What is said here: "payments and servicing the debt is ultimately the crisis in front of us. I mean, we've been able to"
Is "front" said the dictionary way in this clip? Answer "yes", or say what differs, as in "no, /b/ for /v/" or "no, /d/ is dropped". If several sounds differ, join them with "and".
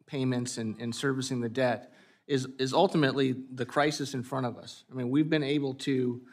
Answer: no, /n/ is dropped